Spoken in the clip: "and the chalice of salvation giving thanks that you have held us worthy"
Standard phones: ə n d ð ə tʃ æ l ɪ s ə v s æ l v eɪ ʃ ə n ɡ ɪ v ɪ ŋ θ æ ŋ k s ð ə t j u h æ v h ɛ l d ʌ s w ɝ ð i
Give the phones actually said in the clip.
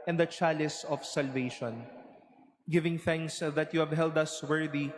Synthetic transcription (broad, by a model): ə n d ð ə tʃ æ l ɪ s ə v s æ l v eɪ ʃ ə n ɡ ɪ v ɪ ŋ θ æ ŋ k s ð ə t j u h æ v h ɛ l d ʌ s w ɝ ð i